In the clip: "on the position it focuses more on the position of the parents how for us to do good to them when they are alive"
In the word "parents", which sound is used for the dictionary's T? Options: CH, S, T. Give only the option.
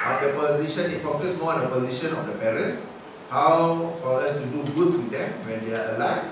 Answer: T